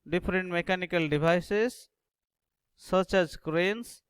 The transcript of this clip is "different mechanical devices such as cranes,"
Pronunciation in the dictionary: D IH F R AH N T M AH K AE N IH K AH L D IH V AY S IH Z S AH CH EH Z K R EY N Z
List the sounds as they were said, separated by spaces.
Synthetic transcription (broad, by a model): D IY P R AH N T M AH K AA N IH K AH L D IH B AY S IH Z S AH CH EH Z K R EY N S